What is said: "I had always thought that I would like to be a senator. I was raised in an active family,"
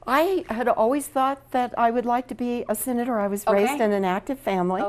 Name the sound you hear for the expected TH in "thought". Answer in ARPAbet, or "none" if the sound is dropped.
TH